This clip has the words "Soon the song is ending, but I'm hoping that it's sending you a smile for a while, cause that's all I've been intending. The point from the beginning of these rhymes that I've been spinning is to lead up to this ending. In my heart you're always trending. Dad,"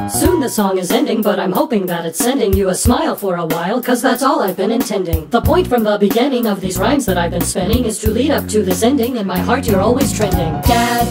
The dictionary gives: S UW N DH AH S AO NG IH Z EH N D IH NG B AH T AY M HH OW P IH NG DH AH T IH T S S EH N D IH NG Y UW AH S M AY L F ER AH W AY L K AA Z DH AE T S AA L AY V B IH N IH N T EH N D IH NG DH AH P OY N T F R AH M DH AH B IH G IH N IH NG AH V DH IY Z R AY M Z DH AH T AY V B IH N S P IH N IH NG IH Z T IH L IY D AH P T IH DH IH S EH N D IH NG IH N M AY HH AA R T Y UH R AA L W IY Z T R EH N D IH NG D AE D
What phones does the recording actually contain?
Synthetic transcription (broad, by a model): S UW N DH AH S AO NG IH Z EH N D IH NG B AH T AY M HH OW P IH NG DH AH T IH T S S EH N D IH NG Y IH AH S M AY L F ER AH W AY L K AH Z DH AE T S AA L AY V B IH N IH N T EH N D IH NG DH AH P OY N T F R AH M DH AH B IH G IH N IH NG AH V DH IY Z R AY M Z DH AH T AY V B IH N S P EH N IH NG IH Z T IH L IY D AH P T IH DH IH S EH N D IH NG IH N M AY HH AA R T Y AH R AA L W IY Z T R EH N D IH NG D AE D